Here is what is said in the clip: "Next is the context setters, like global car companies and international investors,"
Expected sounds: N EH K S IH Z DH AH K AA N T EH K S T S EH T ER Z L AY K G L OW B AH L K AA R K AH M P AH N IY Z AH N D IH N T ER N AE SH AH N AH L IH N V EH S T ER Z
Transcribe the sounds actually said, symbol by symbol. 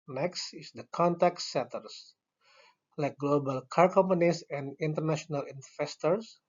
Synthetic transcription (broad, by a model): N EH K S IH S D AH K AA N T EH K T S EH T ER S L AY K G L OW B AH L K AA R K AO M P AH N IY S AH N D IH N T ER N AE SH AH N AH L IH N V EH S T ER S